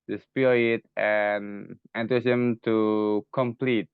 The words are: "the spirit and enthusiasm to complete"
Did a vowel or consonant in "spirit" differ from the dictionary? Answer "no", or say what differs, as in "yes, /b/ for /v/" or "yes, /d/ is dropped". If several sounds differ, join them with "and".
yes, /ɹ/ is dropped